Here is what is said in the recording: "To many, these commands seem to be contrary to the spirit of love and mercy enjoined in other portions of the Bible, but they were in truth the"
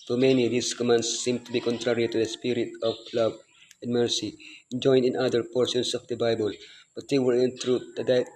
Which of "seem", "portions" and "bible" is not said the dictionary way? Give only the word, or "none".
portions